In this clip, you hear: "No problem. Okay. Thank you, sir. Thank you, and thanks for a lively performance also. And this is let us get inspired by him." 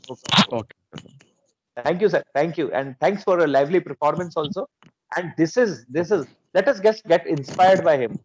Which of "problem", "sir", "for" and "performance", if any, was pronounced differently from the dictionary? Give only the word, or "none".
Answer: problem